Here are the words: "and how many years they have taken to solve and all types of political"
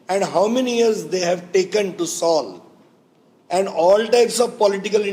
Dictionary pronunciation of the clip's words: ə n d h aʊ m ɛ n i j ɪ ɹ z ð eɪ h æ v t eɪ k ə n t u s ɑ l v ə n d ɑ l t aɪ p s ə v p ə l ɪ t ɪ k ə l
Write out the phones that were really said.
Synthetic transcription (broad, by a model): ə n d h aʊ m ɛ n i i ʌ ɹ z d eɪ h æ v t eɪ k ə n t u s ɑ l ə n d ɑ l t aɪ p s ə v p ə l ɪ t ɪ k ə l